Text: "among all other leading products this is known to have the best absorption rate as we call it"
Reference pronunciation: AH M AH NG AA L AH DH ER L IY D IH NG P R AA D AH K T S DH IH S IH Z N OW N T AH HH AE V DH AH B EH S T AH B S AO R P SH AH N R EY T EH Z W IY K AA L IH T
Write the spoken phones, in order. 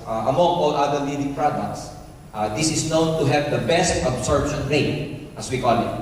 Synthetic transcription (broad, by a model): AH M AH NG AA L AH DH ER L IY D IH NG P R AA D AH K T S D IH S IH S N OW N T AH HH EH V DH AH B EH S T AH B S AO R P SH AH N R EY T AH S W IY K AA L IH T